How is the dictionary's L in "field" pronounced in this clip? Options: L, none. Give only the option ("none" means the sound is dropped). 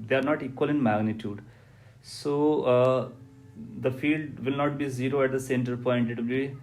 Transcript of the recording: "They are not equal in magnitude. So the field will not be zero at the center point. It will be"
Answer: L